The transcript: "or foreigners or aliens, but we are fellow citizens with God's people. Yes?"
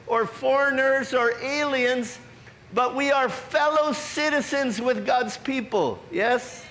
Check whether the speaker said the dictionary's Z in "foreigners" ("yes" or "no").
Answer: yes